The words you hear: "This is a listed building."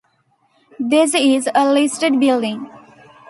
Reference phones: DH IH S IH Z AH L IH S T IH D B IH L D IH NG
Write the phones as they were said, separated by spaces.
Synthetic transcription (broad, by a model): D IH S IH Z AH L IH S T IH D B IH L D IH NG